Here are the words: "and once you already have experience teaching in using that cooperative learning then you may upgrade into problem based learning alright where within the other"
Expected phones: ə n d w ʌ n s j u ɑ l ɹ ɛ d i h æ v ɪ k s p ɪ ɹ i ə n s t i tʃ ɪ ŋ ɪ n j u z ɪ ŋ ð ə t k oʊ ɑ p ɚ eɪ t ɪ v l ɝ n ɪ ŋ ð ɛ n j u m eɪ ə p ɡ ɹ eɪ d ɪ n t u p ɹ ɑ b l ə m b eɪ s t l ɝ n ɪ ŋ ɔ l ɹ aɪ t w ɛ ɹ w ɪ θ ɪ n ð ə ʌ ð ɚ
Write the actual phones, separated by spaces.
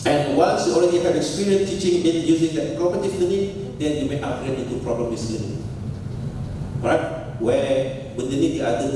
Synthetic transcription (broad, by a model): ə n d w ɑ n s j u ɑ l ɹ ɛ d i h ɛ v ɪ k s p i ɹ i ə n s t i tʃ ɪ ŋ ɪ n j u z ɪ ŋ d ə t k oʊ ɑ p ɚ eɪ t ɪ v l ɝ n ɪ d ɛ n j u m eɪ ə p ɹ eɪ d ɪ n t u p ɹ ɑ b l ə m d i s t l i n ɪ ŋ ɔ ɹ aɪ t w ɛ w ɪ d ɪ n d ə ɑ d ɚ